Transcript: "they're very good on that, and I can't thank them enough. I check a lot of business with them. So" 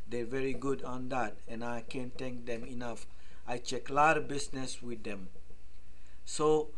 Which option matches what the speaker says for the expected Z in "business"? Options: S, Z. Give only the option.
S